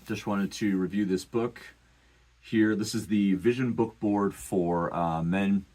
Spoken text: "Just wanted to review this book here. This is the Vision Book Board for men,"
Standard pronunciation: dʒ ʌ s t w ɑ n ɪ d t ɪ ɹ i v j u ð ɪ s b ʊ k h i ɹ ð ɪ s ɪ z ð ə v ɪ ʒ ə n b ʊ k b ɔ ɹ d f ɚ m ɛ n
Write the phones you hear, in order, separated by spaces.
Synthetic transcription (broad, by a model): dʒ ʌ s t w ɑ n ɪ d t ɪ ɹ i v j u ð ɪ s b ʊ k h i ɹ ð ɪ s ɪ z ð ə v ɪ ʒ ə n b ʊ k b ɔ ɹ d f ɚ m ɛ n